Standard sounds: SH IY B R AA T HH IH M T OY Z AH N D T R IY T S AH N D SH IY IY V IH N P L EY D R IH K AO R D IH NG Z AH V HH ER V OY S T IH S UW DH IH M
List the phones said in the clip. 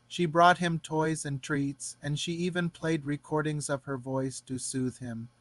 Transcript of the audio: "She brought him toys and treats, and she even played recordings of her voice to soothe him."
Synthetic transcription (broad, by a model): SH IY B R AA T HH IH M T OY Z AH N T R IY T S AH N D SH IY IY V IH N P L EY D R IH K AO R D IH NG Z AH V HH ER V OY S T IH S UW DH IH M